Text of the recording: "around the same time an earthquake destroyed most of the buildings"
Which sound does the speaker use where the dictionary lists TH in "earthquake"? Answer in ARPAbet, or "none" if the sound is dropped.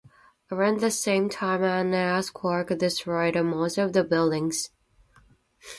S